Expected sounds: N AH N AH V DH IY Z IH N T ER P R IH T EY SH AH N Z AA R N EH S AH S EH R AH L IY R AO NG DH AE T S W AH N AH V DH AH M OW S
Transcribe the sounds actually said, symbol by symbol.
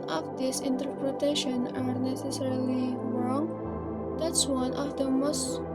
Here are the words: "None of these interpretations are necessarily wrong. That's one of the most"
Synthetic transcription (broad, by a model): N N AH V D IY S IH N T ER P R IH T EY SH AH N AA R N EH S AH S EH R AH L IY R AO NG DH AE T S W AH N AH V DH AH M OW S